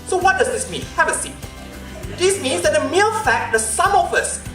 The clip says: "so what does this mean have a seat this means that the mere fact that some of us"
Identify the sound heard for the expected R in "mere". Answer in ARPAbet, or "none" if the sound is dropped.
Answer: L